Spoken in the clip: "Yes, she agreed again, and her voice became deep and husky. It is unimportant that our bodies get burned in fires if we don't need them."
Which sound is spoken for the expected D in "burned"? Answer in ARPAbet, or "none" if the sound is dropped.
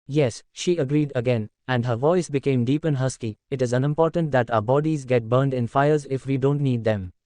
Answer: D